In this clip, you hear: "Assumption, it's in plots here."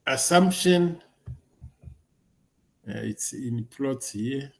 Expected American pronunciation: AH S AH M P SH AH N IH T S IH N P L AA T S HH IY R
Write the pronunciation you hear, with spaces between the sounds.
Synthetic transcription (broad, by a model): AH S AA M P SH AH N IH T S IH N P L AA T HH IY